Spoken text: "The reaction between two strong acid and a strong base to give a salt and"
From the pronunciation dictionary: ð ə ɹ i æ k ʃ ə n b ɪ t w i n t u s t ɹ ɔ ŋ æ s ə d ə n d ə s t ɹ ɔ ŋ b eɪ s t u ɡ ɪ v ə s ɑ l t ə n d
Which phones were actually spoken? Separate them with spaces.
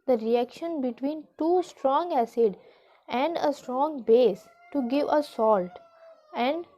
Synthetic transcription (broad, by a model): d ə ɹ i æ k ʃ ə n b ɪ t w i n t u s t ɹ ɔ ŋ æ s ə d ə n d ə s t ɹ ɔ ŋ b eɪ s t u ɡ ɪ v ə s ɑ l t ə n d